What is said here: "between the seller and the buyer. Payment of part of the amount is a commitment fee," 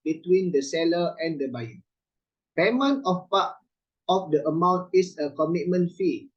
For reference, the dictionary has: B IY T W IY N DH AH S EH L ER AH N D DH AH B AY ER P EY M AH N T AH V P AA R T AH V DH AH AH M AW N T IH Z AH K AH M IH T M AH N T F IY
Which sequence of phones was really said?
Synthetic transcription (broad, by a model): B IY T W IY N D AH S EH L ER AH N D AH B AY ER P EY M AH N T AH F P AA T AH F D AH AH M AW N T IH S AH K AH M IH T M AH N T F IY